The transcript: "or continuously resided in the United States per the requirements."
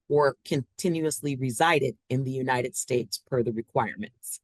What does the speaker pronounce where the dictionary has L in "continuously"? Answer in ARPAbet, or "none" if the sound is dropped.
L